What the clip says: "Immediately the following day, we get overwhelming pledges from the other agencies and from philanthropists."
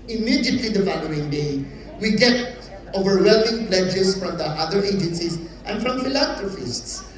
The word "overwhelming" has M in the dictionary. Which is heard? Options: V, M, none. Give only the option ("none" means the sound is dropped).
none